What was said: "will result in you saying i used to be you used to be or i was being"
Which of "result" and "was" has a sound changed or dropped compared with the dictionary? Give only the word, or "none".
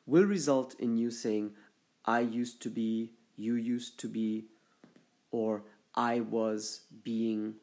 none